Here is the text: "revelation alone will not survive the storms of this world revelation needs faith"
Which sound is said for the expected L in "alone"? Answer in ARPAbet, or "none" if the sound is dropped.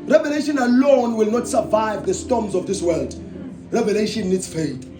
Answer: L